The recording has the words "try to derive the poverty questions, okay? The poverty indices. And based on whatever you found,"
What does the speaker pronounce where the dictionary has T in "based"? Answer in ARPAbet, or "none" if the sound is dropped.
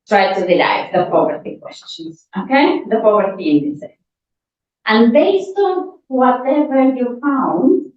T